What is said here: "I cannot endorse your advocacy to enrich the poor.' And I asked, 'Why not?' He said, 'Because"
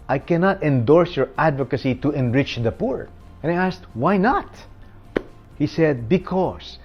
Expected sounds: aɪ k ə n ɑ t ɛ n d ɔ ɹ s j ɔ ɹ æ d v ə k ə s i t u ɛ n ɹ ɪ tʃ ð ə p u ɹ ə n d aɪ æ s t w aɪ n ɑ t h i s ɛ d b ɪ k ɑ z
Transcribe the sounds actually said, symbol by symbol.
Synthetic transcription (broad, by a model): aɪ k ə n ɑ t ɛ n d ɔ ɹ s j ɔ ɹ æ d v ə k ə s i t u ɛ n ɹ ɪ tʃ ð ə p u ɹ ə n aɪ æ s t w aɪ n ɑ t h i s ɛ d b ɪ k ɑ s